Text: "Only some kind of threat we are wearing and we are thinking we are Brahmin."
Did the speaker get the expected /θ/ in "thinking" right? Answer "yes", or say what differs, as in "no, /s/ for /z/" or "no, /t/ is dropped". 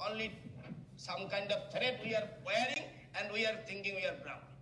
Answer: no, /t/ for /θ/